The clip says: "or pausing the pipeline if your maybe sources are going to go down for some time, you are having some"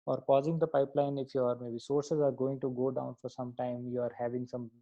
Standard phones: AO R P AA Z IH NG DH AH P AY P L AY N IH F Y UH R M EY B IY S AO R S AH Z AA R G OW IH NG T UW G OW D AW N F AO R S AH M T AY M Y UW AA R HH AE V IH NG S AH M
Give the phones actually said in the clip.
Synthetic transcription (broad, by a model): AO R P AA Z IH NG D AH P AY P L AY N IH F Y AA R M EY B IY S AO R S AH Z AA R G OW IH NG T UW G OW D AW N F AO R S AH M T AY M Y UW AA R HH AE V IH NG S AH M